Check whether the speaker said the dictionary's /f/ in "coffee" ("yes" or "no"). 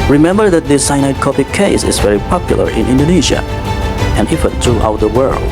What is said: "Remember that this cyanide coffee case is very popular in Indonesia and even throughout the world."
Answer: no